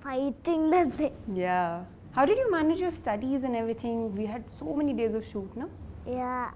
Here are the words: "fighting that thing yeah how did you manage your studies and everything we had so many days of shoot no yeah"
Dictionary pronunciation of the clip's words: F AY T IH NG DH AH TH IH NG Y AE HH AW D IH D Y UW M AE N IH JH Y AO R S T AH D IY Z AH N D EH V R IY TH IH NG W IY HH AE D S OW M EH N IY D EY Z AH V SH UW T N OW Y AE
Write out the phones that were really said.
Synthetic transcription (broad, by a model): F AY T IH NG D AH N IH Y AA HH AW D IH D Y UW M AE N IH JH Y AO R S T AH D IY Z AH N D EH V R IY T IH NG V IY HH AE D S OW M EH N IY D EY Z AH V SH UW T N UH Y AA